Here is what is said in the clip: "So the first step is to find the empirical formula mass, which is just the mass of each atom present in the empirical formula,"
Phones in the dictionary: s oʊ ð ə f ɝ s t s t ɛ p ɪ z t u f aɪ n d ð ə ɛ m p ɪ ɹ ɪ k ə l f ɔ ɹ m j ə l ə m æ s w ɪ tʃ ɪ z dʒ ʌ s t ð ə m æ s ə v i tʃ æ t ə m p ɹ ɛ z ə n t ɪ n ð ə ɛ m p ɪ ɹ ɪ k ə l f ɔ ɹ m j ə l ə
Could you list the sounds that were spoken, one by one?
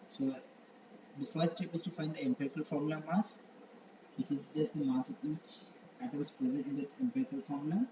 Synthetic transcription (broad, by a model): s oʊ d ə f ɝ t s t ɛ p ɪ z t u f aɪ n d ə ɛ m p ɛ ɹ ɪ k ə l f ɔ ɹ m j l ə m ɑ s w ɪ tʃ ɪ z dʒ ʌ s t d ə m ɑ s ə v i tʃ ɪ t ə m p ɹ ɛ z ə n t ɪ n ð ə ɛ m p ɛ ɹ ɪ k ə l f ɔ ɹ m l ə